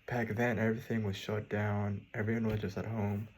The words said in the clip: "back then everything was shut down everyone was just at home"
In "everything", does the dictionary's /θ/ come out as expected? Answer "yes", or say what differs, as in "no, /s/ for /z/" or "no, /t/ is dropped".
yes